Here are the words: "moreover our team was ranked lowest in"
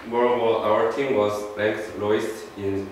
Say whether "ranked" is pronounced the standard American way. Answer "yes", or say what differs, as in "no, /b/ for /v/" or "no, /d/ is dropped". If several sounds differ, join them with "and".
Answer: no, /l/ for /ɹ/